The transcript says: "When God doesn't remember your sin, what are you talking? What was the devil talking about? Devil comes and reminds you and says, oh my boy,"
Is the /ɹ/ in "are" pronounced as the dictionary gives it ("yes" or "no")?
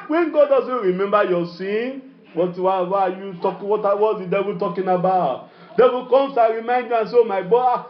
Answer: no